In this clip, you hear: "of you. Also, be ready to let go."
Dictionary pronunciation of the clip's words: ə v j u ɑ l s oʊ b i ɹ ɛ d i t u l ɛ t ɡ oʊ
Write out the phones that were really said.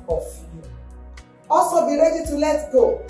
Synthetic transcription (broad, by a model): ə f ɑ s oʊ b i ɹ ɛ d i t u l ɛ t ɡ oʊ